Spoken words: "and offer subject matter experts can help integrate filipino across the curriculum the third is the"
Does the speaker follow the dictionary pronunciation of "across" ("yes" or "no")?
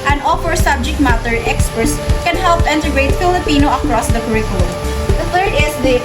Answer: yes